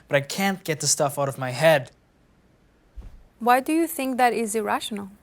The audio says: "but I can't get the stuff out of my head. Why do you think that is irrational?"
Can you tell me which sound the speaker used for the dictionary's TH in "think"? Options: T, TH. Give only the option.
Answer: TH